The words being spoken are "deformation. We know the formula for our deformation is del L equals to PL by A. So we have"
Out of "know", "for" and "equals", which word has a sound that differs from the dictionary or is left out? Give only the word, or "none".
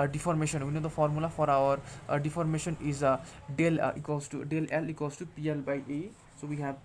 equals